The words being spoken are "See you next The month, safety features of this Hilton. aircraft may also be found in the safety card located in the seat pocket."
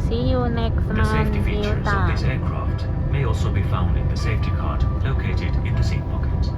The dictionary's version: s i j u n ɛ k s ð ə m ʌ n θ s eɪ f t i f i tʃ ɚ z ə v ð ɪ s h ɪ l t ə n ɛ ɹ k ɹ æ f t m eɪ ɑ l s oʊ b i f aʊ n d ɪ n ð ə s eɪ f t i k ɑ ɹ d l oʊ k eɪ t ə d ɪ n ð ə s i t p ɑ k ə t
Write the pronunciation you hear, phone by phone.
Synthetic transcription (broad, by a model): s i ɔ n ɛ k s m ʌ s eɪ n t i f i ɚ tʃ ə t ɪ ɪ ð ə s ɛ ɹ k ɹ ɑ f t m eɪ ɑ l s oʊ b i f aʊ n d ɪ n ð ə s eɪ f t i k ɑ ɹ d l oʊ k eɪ t ə d ɪ n ð ə s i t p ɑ k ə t